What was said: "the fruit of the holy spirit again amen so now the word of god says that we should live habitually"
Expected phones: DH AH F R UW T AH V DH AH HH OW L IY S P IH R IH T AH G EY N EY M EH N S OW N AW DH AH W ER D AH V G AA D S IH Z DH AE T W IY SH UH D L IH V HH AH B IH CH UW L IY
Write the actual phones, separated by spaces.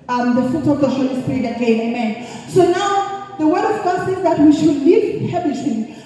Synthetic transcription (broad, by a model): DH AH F UW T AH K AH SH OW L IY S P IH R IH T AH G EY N EY M EH N S OW N AW DH AH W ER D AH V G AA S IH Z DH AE T W IY SH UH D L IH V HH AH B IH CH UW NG